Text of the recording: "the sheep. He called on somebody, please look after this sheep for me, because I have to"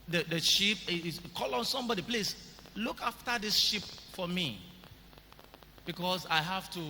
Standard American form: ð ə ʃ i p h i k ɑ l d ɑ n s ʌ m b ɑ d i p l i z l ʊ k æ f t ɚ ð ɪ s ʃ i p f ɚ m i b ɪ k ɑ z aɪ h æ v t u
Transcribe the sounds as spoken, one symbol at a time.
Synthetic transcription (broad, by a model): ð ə ʃ i p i k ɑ l ɑ n s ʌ m b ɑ d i p l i s l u k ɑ f t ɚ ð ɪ s ʃ i p f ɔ m i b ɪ k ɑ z aɪ h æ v t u